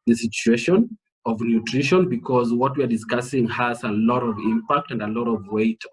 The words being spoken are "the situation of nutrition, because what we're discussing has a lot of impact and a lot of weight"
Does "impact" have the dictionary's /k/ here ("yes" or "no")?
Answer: yes